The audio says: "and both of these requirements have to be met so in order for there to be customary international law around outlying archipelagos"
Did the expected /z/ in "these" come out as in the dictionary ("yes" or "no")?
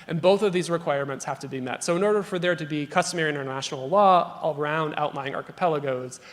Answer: yes